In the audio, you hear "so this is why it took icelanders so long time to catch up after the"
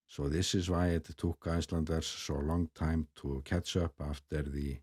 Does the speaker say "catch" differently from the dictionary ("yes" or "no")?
yes